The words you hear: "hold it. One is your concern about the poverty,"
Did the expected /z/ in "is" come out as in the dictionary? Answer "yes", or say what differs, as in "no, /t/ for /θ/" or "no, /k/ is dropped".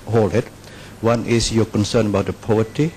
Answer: no, /s/ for /z/